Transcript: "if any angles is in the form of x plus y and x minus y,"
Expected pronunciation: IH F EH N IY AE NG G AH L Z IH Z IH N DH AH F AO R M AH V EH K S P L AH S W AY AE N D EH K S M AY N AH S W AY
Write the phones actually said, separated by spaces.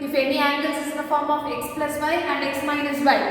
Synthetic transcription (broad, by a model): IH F EH N IY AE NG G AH L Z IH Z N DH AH F AO R M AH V EH K S P L AH S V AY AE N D EH K S M AY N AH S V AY